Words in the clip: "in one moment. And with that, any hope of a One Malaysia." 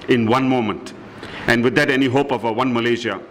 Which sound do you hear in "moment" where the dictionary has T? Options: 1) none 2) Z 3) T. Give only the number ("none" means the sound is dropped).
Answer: 3